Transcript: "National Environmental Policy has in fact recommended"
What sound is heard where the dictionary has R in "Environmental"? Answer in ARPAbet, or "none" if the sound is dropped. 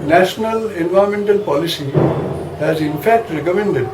none